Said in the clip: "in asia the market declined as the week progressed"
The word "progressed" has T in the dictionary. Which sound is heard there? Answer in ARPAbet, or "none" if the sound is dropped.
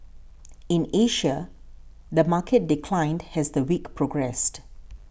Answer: T